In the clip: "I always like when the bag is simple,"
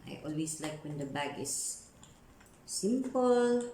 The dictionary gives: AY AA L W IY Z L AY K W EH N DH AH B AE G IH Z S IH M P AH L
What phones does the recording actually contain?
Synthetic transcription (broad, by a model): AY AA L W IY S L AY K W EH N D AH B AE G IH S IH M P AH L